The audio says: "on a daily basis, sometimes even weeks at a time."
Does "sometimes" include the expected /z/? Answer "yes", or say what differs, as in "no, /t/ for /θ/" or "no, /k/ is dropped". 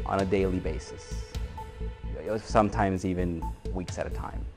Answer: yes